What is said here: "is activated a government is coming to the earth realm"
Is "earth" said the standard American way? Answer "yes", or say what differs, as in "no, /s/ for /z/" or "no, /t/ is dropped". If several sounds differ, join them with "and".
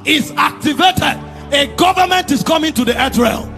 no, /t/ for /θ/